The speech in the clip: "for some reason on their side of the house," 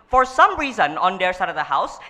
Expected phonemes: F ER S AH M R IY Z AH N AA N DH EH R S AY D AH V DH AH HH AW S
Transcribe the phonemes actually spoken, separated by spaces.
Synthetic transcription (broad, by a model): F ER S AH M R IY Z AH N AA N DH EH R S AY D AH V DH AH HH AW S